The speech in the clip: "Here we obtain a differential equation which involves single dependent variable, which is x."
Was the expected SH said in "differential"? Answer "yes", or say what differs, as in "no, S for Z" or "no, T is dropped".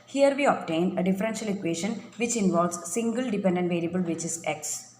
yes